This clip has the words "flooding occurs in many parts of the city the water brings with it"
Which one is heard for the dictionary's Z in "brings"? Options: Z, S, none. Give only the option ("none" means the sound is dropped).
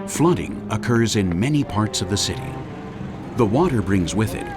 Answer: Z